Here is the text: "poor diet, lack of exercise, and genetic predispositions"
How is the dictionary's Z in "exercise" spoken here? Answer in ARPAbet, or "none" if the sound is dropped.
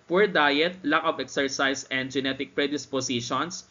S